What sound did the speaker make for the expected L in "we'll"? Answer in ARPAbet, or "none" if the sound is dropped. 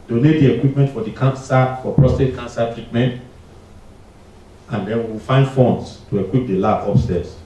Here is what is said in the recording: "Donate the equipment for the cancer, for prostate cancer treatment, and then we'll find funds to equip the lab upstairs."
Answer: W